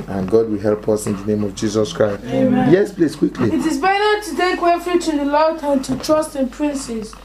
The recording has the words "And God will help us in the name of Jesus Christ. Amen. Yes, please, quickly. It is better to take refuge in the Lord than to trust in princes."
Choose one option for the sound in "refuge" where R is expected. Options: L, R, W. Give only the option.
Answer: W